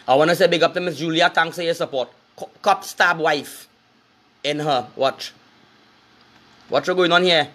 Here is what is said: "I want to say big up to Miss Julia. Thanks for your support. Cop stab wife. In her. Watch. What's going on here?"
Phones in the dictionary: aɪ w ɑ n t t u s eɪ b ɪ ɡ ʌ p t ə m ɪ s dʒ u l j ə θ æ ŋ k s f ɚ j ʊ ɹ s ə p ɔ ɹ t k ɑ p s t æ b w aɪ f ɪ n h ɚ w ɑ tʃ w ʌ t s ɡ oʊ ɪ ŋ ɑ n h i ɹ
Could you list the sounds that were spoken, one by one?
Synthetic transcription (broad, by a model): aɪ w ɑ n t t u s eɪ b ɪ ɡ ʌ p t ə m ɪ s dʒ u l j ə t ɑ ŋ k s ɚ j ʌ s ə p ɔ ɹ t k ɑ p s t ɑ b w aɪ f ɪ n h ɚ w ɑ tʃ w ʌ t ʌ ɡ oʊ ɪ ŋ ɑ n h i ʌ